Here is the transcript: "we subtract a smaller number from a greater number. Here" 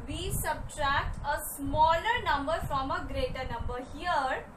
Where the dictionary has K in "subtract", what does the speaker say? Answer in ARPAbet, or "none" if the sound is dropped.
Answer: K